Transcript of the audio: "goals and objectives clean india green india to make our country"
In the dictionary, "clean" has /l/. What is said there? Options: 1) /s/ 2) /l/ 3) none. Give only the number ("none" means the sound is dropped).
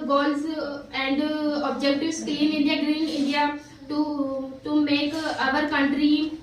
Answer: 3